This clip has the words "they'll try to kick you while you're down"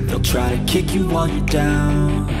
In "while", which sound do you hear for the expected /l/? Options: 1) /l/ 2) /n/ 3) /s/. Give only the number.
2